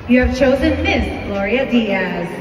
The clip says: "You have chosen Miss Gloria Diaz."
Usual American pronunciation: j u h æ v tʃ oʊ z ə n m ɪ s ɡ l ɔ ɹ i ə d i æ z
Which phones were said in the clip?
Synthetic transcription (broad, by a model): j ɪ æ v tʃ oʊ z ə n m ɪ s ɡ l ɔ ɹ i ə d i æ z